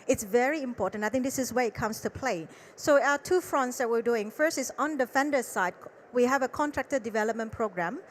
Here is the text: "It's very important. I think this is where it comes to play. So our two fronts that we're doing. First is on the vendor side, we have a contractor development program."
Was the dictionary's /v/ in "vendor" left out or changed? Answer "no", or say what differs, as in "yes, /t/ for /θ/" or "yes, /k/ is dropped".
yes, /f/ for /v/